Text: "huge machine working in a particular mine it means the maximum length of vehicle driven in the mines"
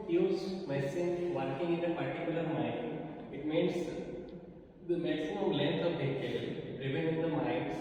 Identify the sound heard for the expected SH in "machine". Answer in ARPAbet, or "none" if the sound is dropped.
S